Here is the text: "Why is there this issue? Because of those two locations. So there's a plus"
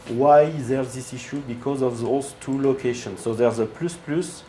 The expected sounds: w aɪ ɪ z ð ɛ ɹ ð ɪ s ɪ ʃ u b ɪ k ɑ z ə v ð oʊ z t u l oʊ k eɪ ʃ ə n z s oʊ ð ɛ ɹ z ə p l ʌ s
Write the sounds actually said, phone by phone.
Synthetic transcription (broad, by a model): w aɪ ɪ z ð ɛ ɹ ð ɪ s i ʃ u b ɪ k ɑ z ə v ð oʊ z t u l oʊ k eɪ ʃ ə n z s oʊ ð ɛ ɹ z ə p l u s